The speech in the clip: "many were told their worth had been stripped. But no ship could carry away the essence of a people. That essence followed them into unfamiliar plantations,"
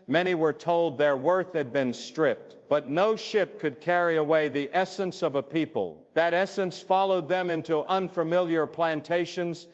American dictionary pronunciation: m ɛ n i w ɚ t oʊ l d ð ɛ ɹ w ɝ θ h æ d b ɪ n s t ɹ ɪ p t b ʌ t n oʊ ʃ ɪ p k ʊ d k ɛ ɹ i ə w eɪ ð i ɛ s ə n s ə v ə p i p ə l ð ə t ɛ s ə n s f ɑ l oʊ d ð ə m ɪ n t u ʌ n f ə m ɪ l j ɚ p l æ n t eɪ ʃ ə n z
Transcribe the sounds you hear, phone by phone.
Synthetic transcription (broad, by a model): m ɛ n i w ɚ t oʊ l d ð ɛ ɹ w ɝ θ h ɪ d b ɪ n s t ɹ ɪ p t b ʌ t n oʊ ʃ ɪ p k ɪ d k ɛ ɹ i ə w eɪ ð i ɛ s ə n s ə v ə p i p ə l ð ə t ɛ s ə n s f ɑ l oʊ d ð ə m ɪ n t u ʌ n f ə m ɪ l j ɚ p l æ n t eɪ ʃ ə n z